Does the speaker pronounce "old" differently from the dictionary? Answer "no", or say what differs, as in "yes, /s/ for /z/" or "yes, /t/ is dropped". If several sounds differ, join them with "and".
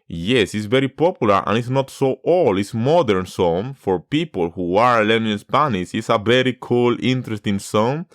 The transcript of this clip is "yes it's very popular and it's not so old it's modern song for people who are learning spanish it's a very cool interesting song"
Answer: yes, /d/ is dropped